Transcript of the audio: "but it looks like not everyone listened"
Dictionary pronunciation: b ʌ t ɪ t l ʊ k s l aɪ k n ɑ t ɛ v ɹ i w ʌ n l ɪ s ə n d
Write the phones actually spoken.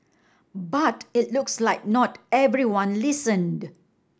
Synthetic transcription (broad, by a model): b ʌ t ɪ t l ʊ k s l aɪ k n ɑ t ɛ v ɹ i w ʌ n l ɪ s ə n d